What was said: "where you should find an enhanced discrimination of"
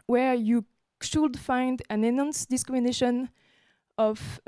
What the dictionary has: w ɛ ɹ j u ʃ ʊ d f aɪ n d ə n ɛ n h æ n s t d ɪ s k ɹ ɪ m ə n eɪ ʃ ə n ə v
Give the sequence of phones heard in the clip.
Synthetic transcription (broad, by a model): w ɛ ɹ j u ʃ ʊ d f aɪ n d ə n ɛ n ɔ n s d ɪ s k ɹ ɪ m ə n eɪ ʃ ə n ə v